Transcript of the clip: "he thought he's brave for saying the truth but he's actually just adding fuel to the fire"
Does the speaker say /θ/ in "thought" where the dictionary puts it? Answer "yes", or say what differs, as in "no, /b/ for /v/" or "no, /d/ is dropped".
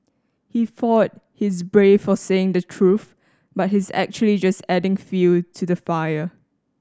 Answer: no, /f/ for /θ/